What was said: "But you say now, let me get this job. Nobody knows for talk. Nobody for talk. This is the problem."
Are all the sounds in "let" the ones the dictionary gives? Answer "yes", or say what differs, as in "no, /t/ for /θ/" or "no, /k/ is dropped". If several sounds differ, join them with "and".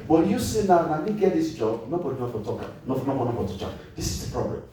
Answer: no, /n/ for /l/